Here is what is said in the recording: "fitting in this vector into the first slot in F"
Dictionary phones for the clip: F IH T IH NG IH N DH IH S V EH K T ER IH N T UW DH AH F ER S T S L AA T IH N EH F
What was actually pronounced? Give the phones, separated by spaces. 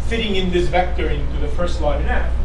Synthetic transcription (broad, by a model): F IH T IH NG IH N DH IH S V EH K T ER IH N T UW DH AH F ER S T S L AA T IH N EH